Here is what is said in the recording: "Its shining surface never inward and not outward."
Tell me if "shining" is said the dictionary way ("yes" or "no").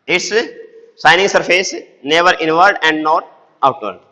no